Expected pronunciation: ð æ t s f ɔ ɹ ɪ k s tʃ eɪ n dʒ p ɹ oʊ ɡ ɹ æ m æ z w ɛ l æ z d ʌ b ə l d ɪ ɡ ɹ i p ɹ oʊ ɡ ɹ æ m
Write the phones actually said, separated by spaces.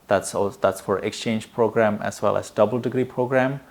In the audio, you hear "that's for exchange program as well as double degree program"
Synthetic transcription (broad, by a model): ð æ t s f ɔ ɹ ɪ k s tʃ eɪ n dʒ p ɹ oʊ ɡ ɹ æ m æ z w ɛ l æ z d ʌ b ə l d ɪ ɡ ɹ i p ɹ oʊ ɡ ɹ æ m